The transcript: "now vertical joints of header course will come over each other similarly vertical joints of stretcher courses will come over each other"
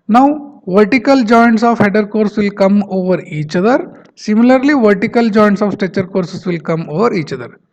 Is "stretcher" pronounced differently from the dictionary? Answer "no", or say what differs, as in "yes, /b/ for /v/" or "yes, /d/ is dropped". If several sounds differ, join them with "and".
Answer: yes, /ɹ/ is dropped